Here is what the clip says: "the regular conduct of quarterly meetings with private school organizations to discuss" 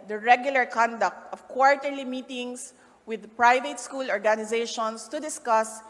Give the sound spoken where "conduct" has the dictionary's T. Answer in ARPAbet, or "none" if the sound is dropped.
T